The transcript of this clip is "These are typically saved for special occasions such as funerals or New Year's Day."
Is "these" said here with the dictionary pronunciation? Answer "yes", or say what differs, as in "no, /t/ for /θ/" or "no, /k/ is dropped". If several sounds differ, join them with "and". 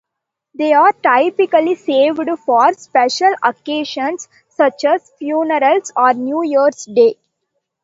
no, /z/ is dropped